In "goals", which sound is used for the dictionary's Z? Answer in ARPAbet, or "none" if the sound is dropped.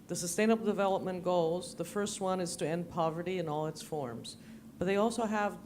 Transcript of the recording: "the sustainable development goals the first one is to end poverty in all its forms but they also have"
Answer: Z